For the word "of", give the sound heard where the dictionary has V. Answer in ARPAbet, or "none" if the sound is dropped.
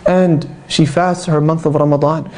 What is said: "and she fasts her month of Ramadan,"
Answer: V